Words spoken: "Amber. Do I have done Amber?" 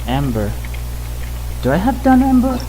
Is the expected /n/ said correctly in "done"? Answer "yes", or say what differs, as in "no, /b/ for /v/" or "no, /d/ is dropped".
yes